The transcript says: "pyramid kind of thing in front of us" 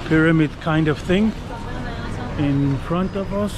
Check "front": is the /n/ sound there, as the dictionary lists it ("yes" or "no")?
yes